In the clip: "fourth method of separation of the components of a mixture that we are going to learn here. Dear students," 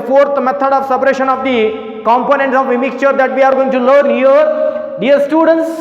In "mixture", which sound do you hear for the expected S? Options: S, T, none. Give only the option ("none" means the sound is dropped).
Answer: S